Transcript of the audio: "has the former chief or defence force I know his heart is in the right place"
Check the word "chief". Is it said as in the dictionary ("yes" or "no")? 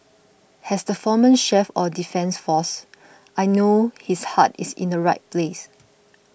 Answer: no